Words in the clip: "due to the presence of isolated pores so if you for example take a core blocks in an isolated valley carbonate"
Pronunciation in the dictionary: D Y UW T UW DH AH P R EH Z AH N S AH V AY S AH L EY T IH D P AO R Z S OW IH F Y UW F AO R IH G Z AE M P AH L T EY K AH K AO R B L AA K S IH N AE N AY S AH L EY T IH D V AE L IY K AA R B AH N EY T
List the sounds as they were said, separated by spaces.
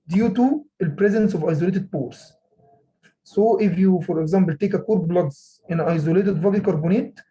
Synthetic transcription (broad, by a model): D Y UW T UW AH P R EH Z AH N S AH V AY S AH L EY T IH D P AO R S S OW IH F Y UW F AO R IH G Z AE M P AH L T EY K AH K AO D B L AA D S IH N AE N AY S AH L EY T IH D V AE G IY K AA R B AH N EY T